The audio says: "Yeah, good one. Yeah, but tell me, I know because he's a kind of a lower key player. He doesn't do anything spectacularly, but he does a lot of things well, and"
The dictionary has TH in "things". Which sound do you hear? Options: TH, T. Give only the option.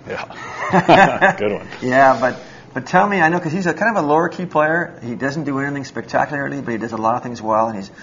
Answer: TH